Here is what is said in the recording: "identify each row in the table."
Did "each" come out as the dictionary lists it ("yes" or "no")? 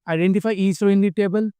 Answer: no